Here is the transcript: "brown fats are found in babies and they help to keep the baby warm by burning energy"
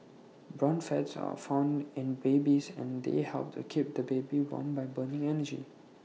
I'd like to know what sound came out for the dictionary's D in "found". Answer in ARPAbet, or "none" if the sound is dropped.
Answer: D